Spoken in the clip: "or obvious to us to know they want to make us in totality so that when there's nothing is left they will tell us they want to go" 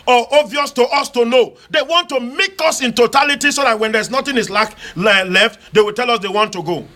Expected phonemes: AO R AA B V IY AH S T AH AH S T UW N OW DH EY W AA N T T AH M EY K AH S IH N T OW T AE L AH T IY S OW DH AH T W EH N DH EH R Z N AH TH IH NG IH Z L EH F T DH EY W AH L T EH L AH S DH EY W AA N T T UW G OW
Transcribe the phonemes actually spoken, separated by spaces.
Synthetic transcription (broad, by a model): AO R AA V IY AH S T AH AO S T UW N OW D EY W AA N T T AH M EY K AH S IH N T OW T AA L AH T IY S OW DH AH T W EH N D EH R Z N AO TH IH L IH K L EH F T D EY W AH L T EH L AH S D EY W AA N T T UW G OW